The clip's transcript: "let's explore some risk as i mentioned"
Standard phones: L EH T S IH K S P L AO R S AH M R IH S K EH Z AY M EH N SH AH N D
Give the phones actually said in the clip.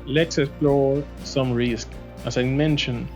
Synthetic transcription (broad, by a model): L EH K S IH S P L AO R S AH M R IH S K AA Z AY M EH N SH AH N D